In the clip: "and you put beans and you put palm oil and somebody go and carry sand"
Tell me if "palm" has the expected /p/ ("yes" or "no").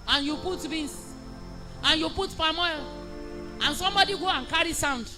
no